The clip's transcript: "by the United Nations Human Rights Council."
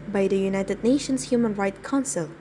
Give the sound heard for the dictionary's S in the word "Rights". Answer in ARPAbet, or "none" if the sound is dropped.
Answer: none